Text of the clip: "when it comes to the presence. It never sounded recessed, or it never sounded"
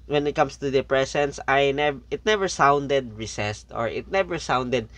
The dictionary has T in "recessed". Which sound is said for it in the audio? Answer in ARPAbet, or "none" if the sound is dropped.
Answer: T